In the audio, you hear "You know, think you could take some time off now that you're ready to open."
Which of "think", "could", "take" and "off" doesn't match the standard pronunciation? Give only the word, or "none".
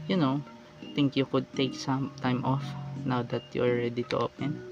think